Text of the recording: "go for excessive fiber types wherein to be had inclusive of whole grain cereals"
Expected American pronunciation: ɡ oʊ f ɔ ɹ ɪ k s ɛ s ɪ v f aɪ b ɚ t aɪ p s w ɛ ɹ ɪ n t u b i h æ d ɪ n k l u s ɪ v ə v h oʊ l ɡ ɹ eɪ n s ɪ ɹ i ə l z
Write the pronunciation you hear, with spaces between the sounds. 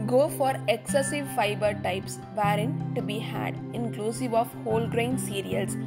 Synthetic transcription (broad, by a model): ɡ oʊ f ɔ ɹ ɪ k s ɛ s ɪ v f aɪ b ɚ t aɪ p s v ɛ ɹ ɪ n t u b i h æ d ɪ n k l u s ɪ v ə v h oʊ l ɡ ɹ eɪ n s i ɹ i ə l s